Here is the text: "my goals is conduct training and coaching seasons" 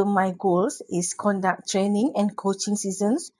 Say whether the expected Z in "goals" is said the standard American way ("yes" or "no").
no